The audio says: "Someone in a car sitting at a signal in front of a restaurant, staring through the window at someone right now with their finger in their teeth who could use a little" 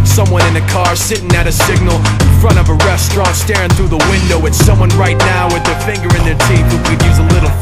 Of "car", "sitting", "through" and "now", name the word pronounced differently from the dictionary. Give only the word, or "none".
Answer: none